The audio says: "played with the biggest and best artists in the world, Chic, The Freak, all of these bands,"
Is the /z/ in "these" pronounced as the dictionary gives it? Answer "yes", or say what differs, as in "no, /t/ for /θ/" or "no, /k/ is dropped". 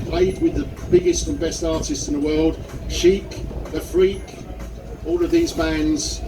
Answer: yes